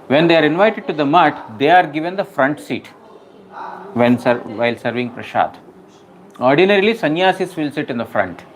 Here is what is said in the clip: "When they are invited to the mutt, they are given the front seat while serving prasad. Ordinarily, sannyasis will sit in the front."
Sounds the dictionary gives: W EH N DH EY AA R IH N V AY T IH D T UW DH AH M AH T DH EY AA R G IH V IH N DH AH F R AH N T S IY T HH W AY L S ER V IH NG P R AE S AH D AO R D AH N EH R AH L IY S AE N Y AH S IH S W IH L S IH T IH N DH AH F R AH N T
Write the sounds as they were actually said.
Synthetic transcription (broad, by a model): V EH N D EY AA R IH N V AY T IH D T UW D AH M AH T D EY AA R G IH V IH N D AH F R AH N T S IY T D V AY L S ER V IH NG P R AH SH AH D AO R D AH N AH R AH L IY S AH N Y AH S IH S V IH L S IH T IH N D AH F R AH N T